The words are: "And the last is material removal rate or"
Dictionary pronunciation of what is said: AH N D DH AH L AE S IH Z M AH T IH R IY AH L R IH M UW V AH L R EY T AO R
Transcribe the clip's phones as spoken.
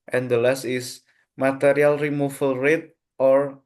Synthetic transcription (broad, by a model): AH N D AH L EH S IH S M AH T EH R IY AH L R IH M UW F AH L R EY T AO R